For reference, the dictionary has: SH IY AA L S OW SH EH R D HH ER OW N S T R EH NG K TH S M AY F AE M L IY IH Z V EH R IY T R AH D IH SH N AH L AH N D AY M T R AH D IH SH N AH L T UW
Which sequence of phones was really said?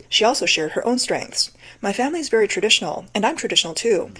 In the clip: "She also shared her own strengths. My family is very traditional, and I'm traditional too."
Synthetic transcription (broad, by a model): SH IY AA L S OW SH EH R D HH ER OW N S T R EH NG K TH S M AY F AE M L IY IH Z V EH R IY T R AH D IH SH N L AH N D AY M T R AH D IH SH N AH L T UW